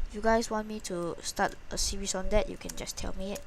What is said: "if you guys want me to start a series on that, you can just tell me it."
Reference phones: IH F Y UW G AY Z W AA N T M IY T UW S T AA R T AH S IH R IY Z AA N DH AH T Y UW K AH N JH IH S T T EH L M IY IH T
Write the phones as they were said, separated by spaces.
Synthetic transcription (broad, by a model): Y UW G AY S W AA N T M IY T UW S T AA T AH S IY R IY S AA N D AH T Y UW K AH N JH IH S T T EH L M IY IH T